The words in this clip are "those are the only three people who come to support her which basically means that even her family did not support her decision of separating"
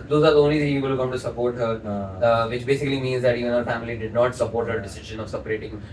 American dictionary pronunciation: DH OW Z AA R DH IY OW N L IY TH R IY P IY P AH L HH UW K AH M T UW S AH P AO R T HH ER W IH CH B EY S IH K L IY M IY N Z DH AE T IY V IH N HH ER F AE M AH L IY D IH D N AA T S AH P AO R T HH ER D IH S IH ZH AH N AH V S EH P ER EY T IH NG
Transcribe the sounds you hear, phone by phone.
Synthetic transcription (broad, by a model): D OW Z AA R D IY OW N L IY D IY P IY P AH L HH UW K AH M T UW S AH P AO R T HH ER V IH CH B EY S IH K L IY M IY N Z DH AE T IY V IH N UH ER F AE M AH L IY D IH D N AA T S AH P AO R T HH ER D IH S IH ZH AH N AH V S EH P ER EY T IH NG